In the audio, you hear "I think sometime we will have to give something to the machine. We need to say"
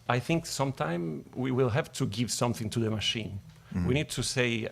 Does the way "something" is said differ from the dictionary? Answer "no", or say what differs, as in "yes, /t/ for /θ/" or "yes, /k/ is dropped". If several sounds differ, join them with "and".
no